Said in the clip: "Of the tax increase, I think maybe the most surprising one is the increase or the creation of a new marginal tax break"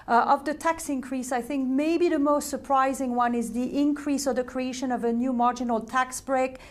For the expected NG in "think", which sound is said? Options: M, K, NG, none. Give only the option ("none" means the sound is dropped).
NG